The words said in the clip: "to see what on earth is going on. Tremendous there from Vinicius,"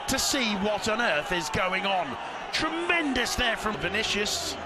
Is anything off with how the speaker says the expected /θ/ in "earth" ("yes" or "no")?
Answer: no